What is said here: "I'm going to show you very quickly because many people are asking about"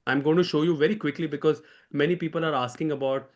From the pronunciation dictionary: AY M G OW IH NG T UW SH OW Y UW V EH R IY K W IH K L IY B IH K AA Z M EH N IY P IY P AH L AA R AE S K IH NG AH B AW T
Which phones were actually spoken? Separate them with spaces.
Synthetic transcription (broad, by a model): AY M G OW IH NG T UW SH OW Y UW V EH R IY K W IH K L IY B IH K AA Z M EH N IY P IY P AH L AA R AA S K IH NG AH B AW T